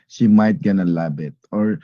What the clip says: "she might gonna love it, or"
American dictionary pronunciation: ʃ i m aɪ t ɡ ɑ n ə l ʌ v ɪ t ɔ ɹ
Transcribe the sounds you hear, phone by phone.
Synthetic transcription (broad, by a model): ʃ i m aɪ t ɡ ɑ n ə l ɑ b ɪ t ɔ ɹ